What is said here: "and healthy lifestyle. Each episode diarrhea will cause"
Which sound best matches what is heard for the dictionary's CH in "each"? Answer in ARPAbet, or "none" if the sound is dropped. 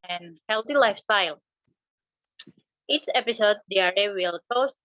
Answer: S